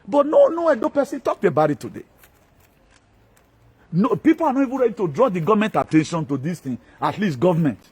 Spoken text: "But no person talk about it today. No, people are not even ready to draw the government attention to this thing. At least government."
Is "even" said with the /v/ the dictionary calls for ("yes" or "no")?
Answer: yes